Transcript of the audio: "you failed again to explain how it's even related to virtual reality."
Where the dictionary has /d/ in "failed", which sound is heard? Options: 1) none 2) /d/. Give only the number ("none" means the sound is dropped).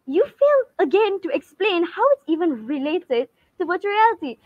1